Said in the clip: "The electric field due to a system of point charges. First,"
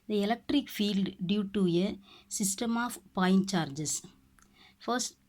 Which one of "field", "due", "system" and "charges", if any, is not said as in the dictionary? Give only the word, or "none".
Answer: charges